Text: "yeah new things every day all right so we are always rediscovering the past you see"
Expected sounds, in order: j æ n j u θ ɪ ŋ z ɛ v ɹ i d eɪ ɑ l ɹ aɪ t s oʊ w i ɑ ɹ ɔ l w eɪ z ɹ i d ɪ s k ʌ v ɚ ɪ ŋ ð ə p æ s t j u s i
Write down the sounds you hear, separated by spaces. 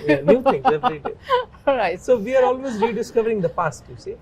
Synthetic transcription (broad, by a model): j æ n j u t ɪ ŋ ɛ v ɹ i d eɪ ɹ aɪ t s oʊ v i ɑ ɹ ɔ l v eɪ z ɹ i d ɪ s k ʌ v ɚ ɪ ŋ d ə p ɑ s t j u s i